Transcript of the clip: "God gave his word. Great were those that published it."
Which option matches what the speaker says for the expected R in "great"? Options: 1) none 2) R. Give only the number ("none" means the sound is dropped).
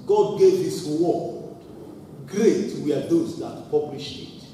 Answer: 2